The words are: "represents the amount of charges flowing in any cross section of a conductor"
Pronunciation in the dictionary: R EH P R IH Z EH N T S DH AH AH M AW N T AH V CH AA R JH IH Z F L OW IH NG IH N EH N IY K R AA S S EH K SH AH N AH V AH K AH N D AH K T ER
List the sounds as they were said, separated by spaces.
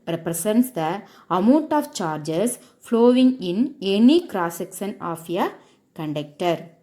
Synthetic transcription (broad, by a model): R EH P R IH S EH N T S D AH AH M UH N T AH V CH AA R JH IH S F L OW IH NG IH N EH N IY K R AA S S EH K S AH N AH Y AH K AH N D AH K T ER